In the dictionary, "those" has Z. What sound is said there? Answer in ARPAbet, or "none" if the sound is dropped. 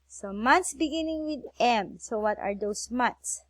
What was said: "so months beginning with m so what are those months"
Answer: S